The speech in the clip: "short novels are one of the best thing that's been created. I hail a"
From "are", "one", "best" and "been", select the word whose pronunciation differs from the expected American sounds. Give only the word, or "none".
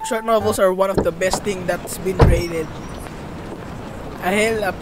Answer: none